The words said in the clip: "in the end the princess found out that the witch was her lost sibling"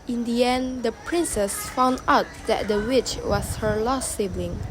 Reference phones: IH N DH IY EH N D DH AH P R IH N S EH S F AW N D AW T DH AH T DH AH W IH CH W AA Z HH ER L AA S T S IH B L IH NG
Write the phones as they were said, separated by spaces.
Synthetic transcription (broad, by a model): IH N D IY EH N D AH P R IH N S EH S F AW N D AW T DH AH T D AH W IH CH W AA S HH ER L AA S S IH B L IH NG